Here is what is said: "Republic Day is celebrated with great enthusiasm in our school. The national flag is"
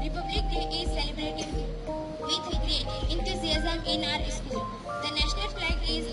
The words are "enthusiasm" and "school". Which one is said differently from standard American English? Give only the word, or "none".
enthusiasm